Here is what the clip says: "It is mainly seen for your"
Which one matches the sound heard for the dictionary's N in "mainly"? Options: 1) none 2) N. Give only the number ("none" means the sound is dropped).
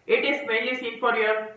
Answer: 1